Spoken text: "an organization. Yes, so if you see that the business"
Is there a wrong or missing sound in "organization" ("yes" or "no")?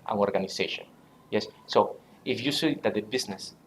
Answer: yes